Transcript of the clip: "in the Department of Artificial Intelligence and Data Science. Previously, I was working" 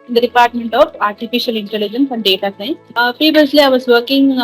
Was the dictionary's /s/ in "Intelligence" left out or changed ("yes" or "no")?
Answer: no